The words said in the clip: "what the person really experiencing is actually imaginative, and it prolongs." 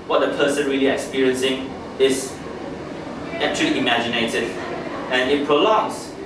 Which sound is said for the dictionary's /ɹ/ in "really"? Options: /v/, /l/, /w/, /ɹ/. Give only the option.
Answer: /ɹ/